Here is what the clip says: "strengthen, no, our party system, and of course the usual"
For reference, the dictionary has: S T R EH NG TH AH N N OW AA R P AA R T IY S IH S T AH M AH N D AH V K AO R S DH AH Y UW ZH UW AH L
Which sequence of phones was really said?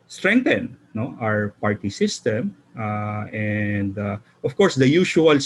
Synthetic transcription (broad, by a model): S T R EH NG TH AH N N OW AA R P AA R T IY S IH S T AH M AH N D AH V K AO R S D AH Y UW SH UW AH L